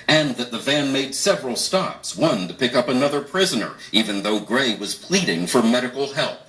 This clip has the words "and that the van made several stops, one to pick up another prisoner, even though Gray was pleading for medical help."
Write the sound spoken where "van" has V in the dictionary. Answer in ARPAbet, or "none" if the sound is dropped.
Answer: V